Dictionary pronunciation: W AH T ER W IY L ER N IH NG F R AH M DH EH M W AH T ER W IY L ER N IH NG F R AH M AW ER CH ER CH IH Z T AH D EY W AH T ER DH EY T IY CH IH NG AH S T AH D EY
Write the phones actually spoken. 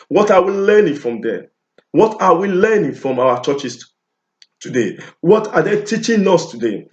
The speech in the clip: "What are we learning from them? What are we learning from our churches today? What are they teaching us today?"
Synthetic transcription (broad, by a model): W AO T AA W IY L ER N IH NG F R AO M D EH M W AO T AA W IY L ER N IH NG F R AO M AW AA CH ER CH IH S T AH D EY W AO T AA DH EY T IY CH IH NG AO S T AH D EY